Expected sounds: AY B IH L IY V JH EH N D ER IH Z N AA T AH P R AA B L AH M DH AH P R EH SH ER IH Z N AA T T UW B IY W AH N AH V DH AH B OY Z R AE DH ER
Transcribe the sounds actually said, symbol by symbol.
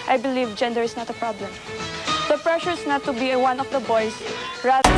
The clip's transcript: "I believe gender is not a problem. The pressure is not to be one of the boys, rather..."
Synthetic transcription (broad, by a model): AY B IH L IY V JH EH N D ER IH S N AA T AH P R AA B L AH M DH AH P R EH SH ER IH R N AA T T UW B IY W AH N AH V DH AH B OY S R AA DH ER